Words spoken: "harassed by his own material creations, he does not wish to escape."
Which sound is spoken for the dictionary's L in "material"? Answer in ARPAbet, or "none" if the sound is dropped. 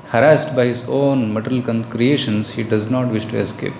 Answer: N